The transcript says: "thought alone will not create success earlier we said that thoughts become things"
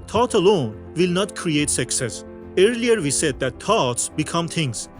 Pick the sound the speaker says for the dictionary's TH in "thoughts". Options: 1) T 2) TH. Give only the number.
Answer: 1